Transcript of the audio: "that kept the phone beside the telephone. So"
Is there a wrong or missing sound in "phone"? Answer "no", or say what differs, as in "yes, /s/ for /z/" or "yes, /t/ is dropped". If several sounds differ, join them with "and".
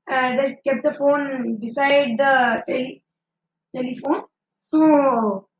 no